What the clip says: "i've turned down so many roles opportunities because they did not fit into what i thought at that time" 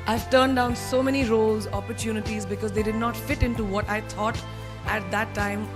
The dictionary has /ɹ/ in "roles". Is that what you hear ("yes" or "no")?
yes